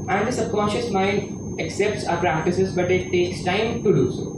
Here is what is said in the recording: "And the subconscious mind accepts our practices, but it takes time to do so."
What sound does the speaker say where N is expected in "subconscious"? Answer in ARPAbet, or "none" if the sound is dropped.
none